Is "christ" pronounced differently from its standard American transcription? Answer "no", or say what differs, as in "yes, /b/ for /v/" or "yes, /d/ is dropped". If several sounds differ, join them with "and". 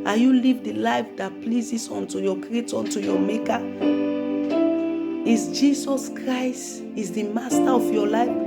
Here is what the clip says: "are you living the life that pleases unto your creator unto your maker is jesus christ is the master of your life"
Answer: no